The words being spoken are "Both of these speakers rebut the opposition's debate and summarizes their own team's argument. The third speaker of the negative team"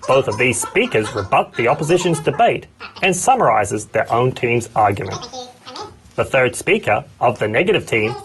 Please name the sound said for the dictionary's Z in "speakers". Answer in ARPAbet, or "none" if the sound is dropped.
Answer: Z